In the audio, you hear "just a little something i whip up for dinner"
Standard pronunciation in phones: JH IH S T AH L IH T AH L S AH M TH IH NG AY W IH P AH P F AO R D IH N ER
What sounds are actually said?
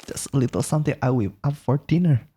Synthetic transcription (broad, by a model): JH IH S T AH L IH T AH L S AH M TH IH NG AY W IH AH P F AO R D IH N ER